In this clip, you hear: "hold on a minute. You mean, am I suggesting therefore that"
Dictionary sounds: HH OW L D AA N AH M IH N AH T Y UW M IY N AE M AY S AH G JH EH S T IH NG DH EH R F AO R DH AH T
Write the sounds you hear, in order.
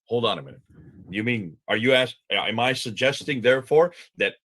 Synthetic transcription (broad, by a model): HH OW L D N AH M IH N AH T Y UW M IY N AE M AY S AH G JH EH S T IH NG DH EH R F AO R DH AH T